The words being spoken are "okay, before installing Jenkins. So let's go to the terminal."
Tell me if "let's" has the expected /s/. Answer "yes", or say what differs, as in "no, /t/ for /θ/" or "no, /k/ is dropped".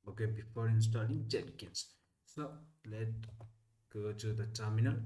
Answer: no, /s/ is dropped